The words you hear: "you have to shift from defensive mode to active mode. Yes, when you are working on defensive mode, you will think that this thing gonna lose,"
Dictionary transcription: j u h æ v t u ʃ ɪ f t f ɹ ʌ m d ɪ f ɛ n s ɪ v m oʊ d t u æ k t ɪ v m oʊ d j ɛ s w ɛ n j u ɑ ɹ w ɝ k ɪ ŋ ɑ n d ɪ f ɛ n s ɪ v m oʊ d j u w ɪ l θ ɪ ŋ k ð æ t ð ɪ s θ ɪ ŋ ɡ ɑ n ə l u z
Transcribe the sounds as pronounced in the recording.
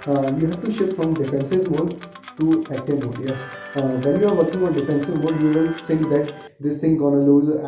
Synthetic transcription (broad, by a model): j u h æ v t u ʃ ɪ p f ɹ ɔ m d ɪ f ɛ n s ɪ v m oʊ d t u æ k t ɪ m oʊ d j ɛ s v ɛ n j u ɑ ɹ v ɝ k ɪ ŋ ɑ n d ɪ f ɛ n s ɪ v m oʊ d j u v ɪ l s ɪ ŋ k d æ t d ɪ s t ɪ ŋ ɡ ɑ n ə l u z